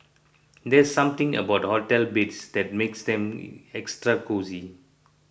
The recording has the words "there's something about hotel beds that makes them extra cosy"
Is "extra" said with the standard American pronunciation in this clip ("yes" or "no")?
yes